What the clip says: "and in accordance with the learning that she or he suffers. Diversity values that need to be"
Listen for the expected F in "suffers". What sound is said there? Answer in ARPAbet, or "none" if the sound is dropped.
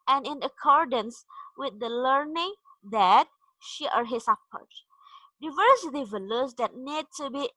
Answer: P